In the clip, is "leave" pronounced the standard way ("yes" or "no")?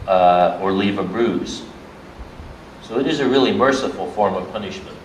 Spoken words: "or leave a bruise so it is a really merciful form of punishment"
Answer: yes